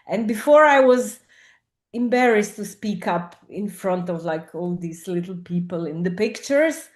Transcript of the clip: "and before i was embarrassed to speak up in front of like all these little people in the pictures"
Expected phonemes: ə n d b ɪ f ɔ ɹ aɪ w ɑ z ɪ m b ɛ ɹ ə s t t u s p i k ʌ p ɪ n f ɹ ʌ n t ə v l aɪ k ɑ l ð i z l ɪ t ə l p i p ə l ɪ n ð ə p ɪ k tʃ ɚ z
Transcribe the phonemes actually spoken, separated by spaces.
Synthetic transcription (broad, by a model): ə n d b ɪ f ɔ ɹ aɪ w ɑ z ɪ m b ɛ ɹ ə s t t u s p i k ʌ p ɪ n f ɹ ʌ n t ə v l aɪ k ɑ l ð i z l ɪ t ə l p i p ə l ɪ n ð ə p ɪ k tʃ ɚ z